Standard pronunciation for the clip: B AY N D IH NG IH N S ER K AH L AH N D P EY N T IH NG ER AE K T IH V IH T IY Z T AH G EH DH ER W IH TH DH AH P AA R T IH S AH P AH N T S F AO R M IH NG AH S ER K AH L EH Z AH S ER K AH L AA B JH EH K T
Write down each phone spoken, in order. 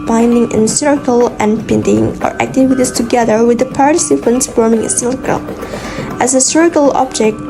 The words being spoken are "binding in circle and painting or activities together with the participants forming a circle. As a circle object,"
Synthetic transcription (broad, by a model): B AY N D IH NG IH N S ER K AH L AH N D P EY N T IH NG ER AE K T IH W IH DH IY S T AH G EH DH ER W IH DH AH P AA R T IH S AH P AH N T S F AO R M IH NG AH S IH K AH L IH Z AH S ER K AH L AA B JH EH K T